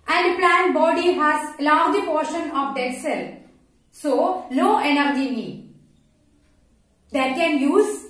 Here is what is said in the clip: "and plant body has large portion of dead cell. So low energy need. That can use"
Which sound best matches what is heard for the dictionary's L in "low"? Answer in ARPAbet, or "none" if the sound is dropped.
N